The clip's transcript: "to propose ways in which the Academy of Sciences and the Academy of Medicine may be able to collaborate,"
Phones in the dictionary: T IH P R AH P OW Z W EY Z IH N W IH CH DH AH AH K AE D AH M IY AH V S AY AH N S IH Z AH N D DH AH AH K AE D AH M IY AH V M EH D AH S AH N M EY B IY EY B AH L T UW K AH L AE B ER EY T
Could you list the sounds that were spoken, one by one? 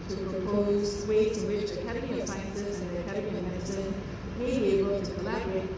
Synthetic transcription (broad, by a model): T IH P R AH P OW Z W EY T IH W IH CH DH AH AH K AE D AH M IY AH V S AY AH N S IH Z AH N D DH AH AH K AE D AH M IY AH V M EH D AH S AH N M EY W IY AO AH N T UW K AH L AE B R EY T